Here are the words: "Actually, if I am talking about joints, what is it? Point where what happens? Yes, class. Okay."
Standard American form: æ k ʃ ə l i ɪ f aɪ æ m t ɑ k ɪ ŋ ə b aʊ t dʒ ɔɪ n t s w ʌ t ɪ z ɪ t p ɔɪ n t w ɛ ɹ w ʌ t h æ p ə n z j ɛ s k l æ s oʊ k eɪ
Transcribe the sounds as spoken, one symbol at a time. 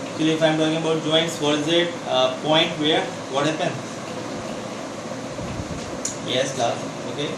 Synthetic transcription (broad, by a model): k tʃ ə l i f aɪ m t ɑ k ɪ ŋ ə b aʊ t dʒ ɔɪ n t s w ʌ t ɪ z ɪ t p ɔɪ n t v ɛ ɹ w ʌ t h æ p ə n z j ɛ s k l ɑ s oʊ k eɪ